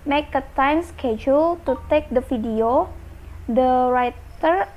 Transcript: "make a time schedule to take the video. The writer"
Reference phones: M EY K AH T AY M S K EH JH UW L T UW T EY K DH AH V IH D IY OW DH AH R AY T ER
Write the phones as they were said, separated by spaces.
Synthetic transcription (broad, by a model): M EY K AH T AY M S K EH JH UW L T UW T EY K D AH F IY D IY OW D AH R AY T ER